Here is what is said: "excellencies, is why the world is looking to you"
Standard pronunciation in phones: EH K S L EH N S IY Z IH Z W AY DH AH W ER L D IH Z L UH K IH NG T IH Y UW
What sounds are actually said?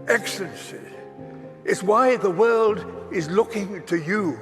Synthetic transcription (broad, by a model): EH K S L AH N S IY IH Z W AY DH AH W ER L D IH Z L UH K IH NG T IH Y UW